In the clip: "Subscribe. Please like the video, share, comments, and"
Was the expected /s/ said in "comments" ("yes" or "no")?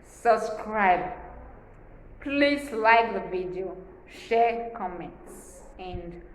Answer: yes